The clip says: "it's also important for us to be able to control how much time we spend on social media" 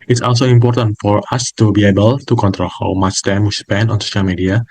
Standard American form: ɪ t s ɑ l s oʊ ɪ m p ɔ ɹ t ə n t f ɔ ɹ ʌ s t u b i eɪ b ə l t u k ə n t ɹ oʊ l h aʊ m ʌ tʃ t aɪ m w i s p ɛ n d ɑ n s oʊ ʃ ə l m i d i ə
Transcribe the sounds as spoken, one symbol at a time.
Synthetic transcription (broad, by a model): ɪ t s ɑ l s oʊ ɪ m p ɔ ɹ t ə n t f ɔ ɹ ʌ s t u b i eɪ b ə l t u k ə n t ɹ oʊ l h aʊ m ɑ s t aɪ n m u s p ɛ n ɑ n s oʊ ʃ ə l m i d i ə